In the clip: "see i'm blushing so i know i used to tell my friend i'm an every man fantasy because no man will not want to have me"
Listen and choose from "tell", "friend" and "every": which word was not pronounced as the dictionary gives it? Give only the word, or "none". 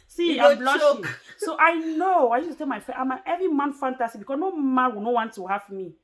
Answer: friend